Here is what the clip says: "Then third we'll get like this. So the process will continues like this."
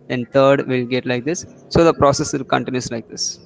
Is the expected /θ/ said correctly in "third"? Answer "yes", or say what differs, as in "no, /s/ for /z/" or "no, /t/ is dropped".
no, /t/ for /θ/